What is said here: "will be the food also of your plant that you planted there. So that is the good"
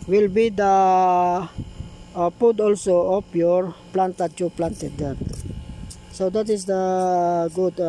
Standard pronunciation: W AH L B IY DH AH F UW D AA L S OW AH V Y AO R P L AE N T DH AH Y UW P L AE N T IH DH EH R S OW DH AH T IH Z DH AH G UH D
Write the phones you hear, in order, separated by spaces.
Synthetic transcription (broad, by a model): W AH L B IY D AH P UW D AA L S OW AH P Y AO R P L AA N T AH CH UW P L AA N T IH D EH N S OW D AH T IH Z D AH G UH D